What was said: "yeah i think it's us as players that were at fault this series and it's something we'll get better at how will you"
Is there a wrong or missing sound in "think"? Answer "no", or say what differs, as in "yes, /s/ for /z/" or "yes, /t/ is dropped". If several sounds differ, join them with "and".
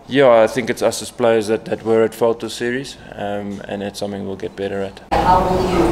no